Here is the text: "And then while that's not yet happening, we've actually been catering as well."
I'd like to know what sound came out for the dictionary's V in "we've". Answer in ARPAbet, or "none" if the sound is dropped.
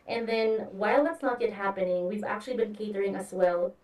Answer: V